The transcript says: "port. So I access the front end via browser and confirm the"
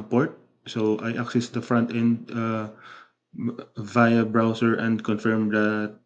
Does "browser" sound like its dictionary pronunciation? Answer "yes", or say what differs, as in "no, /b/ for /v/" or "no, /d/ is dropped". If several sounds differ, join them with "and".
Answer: no, /s/ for /z/